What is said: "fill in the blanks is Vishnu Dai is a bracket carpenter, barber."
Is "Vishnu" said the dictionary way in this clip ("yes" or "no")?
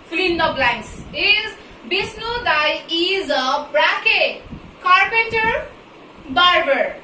no